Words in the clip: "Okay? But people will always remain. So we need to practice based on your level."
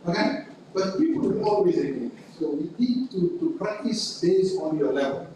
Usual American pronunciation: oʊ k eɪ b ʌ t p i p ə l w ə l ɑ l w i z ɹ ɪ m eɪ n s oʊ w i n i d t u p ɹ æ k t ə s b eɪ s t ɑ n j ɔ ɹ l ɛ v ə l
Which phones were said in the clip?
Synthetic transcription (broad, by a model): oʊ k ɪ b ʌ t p i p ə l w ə n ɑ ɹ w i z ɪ eɪ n s oʊ w i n i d t u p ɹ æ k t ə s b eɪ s ɑ n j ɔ l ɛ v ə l